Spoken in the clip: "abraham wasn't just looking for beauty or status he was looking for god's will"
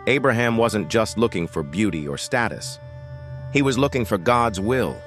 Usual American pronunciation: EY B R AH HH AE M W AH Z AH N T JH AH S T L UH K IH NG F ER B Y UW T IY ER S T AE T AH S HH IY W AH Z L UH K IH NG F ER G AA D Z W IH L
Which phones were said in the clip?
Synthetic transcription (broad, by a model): EY B R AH HH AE M W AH Z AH N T JH AH S T L UH K IH NG F ER B Y UW T IY ER S T AE T AH S HH IY W AH Z L UH K IH NG F ER G AA D Z W IH L